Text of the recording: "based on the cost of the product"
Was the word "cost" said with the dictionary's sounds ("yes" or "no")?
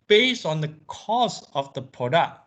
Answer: no